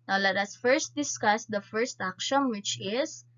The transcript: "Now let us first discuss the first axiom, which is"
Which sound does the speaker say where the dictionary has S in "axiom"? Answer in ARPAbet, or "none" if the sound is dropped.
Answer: SH